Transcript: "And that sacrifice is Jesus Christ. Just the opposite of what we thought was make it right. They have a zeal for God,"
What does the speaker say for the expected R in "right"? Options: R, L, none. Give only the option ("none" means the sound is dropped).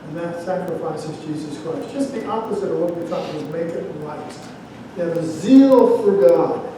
L